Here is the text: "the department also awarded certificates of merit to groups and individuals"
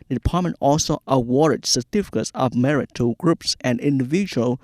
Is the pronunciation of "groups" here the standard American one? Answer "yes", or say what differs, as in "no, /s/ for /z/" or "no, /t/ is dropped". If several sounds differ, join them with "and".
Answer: yes